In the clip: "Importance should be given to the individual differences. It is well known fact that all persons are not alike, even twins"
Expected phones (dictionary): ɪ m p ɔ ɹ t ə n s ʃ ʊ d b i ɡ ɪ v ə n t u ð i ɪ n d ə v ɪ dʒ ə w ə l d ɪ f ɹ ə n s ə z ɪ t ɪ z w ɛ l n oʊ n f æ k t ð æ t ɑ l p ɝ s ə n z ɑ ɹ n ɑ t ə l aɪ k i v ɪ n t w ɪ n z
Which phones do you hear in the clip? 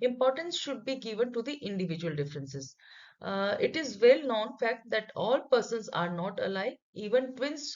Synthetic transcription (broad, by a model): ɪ m p ɔ ɹ t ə n s ʃ ʊ d b i ɡ ɪ v ə n t u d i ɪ n d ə v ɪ dʒ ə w ə l d ɪ f ɹ ə n s ə z ɪ t ɪ z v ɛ l n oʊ n f æ k t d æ t ɑ l p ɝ s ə n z ɑ ɹ n ɑ t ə l aɪ i v ɪ n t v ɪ n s